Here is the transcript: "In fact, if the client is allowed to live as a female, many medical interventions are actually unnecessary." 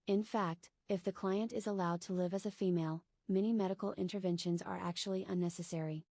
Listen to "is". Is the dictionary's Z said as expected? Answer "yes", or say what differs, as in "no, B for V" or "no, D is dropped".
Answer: yes